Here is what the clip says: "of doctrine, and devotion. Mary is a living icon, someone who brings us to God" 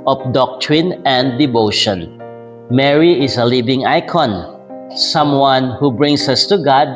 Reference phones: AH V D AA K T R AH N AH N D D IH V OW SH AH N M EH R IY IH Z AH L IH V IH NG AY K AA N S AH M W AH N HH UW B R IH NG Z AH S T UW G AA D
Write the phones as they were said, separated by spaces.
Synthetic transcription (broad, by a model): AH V D AA K T R AH N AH N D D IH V OW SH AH N M EH R IY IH S AH L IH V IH NG AY K AA N S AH M W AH N HH UW B R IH NG S AH S T UW G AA D